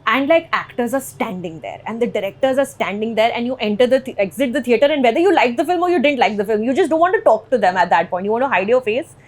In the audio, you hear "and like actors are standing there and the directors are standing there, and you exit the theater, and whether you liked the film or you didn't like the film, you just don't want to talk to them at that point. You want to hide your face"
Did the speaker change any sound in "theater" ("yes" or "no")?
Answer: yes